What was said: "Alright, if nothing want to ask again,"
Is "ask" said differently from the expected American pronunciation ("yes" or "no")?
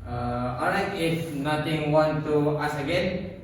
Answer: yes